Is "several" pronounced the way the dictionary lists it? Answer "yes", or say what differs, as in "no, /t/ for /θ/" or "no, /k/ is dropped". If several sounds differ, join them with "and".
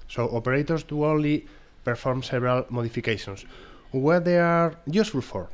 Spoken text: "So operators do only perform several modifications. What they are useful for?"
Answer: no, /b/ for /v/